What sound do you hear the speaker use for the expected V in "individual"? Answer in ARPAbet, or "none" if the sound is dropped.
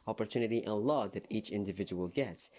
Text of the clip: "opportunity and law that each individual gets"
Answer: V